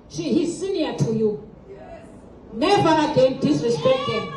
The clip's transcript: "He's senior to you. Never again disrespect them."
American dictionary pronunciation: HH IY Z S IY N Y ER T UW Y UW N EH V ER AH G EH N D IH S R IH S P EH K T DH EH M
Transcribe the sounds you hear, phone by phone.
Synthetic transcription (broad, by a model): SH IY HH S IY N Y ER T UW Y UW N EH V ER AH G EH N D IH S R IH S P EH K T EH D